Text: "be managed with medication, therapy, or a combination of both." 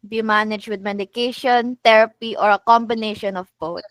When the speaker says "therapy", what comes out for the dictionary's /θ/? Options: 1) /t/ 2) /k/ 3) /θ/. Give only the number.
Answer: 1